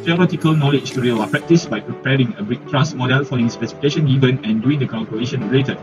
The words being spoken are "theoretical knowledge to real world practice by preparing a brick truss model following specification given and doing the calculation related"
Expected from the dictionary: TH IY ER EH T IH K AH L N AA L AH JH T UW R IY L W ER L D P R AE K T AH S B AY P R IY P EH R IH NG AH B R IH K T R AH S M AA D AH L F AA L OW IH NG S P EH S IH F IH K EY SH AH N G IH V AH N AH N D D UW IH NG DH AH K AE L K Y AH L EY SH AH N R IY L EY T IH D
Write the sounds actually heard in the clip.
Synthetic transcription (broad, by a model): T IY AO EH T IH K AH L N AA L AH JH T UW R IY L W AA P R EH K T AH S B AY P R IY P EH R IH NG AH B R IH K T R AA S M AA D AH L F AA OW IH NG S P EH S IH F IH K EY SH AH N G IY V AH N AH N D D UW IH NG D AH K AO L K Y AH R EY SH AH N R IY L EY T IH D